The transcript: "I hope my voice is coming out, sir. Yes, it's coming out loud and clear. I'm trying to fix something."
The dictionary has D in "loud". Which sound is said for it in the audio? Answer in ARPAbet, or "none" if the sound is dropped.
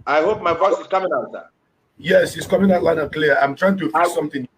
none